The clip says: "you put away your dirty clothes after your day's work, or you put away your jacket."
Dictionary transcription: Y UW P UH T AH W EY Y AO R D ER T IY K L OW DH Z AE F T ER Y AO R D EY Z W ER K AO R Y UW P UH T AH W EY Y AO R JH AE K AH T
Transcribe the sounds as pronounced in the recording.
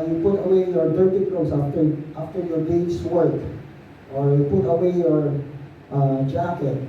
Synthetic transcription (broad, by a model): Y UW P UH T AH W EY Y AO R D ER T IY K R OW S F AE F T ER Y AO R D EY S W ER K AO R Y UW P UH T AH W EY Y AO R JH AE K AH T